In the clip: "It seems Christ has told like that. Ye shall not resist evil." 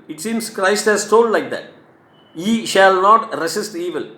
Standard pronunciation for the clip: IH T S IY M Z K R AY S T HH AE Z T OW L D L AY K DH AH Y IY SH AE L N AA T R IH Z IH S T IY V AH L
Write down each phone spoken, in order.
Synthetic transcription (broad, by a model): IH T S IY M S K R AY S T HH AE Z T OW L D L AY K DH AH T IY SH AE L N AA T R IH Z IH S T IY V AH L